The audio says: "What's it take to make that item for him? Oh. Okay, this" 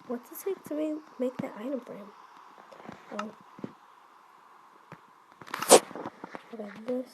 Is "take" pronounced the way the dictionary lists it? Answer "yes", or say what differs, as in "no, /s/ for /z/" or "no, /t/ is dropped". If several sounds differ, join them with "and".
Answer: no, /s/ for /t/